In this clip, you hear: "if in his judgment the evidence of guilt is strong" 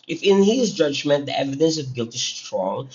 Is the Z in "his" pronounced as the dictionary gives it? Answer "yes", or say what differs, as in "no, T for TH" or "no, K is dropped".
yes